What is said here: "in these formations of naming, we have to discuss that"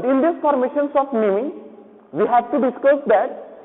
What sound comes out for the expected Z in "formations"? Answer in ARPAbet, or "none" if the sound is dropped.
S